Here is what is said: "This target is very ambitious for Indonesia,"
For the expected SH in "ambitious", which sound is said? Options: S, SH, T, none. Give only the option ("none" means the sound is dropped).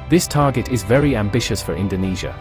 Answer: SH